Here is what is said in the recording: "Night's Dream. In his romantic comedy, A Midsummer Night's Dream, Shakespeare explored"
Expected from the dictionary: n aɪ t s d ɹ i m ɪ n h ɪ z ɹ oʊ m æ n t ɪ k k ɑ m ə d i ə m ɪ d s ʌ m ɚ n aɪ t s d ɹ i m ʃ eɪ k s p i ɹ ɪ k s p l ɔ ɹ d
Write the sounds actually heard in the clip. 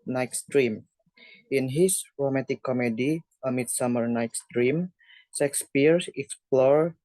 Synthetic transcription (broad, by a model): n aɪ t s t ɹ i m ɪ n h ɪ s ɹ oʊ m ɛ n t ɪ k k ɑ m ə d i ə m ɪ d s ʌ m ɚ n aɪ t s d ɹ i m s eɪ k s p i ɹ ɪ k s p l ɔ ɹ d